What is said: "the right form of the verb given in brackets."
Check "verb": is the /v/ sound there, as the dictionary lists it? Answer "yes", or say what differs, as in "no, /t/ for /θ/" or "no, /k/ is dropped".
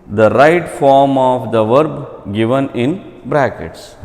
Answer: yes